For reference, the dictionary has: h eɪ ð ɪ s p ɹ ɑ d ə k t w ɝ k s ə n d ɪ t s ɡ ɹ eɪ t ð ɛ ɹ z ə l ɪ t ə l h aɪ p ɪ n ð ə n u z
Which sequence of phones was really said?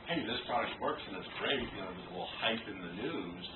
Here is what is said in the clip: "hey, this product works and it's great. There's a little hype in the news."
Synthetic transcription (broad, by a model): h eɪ ð ɪ s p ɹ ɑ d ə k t w ɝ k s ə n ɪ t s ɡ ɹ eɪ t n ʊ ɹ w ə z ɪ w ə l h aɪ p ɪ n ð ə n u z